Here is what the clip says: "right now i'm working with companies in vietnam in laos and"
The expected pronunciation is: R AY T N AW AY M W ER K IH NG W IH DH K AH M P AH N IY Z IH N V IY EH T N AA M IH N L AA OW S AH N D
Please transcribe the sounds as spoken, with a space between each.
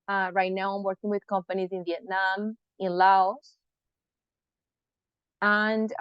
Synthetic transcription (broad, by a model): R AY T N AW AY M W ER K IH NG W IH DH K AH M P AH N IY Z IH N V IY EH T N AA M IH N L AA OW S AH N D